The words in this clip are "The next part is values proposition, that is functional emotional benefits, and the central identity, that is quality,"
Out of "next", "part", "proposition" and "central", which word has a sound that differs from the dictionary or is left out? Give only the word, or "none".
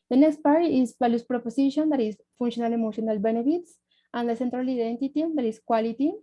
proposition